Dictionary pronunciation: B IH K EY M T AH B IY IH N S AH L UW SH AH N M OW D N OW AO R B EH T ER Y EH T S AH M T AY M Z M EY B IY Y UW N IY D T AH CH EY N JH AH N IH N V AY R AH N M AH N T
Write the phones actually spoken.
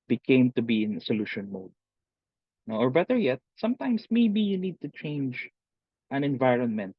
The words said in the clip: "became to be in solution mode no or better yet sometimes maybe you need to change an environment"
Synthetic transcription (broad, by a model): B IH K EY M T AH B IY IH N S AH L UW SH AH N M OW D N OW AO R B EH T ER Y EH T S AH M T AY M S M EY B IY Y UW N IY D T AH CH EY N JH AH N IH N V AY R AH N M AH N T